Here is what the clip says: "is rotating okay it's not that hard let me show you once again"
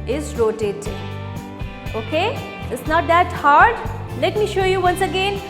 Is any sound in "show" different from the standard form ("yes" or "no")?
no